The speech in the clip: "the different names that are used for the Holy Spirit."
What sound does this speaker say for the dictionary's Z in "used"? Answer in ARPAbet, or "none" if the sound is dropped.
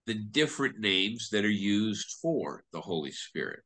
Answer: Z